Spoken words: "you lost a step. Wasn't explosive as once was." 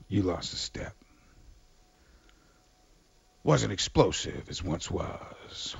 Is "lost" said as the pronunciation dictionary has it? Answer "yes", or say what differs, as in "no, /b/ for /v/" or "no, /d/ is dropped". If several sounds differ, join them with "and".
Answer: yes